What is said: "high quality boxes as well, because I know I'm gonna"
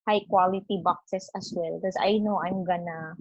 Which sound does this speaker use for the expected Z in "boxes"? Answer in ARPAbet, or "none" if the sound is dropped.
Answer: S